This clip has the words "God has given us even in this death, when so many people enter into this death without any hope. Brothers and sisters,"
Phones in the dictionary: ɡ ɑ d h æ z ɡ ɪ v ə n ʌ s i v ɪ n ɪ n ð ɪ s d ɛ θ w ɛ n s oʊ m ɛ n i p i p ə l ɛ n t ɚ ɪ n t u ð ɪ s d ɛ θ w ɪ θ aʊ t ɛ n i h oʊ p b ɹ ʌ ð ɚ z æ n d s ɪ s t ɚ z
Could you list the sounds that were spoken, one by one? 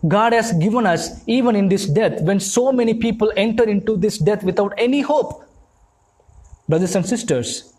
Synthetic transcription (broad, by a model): ɡ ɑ d h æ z ɡ ɪ v ə n ʌ s i v ɪ n ɪ n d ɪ s d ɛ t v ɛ n s oʊ m ɛ n i p i p ə l ɛ n t ɚ ɪ n t u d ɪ s d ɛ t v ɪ t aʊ t ɛ n i h oʊ p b ɹ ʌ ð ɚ s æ n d s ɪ s t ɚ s